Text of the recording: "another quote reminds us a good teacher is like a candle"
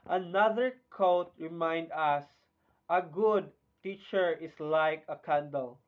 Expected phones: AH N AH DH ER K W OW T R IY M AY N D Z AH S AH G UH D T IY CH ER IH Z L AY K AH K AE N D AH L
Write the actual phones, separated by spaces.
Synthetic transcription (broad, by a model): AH N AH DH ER K OW T R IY M AY N D AH S AH G UH D T IY CH ER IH S L AY K AH K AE N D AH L